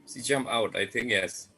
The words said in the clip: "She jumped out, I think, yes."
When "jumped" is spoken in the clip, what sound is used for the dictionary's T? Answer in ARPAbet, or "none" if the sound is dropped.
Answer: none